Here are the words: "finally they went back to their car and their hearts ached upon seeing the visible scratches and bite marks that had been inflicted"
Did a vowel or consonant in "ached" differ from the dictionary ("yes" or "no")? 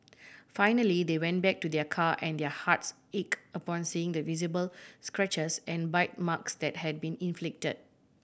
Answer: yes